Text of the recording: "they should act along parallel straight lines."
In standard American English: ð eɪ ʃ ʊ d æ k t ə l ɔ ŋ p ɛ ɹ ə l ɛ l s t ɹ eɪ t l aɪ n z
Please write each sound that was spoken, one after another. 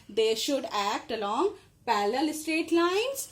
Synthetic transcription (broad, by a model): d eɪ ʃ ʊ d æ k t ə l ɔ ŋ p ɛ l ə l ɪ s t ɹ eɪ t l aɪ n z